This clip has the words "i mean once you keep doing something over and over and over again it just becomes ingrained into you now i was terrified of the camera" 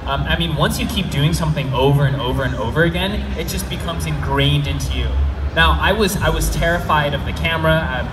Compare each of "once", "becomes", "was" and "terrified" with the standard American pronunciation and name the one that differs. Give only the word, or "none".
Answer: none